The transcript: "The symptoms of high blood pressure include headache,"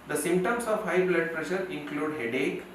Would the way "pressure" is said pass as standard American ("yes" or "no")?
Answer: yes